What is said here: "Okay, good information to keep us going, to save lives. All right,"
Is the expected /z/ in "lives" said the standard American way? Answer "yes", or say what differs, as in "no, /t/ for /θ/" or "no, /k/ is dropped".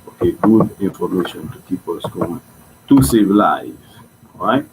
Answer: no, /z/ is dropped